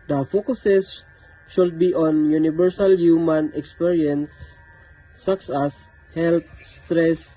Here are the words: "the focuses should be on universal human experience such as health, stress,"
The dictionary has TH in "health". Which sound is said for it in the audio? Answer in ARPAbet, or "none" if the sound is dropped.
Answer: T